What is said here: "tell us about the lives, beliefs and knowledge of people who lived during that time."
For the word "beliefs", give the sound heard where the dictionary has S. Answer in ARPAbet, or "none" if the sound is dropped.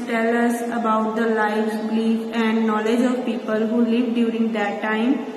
none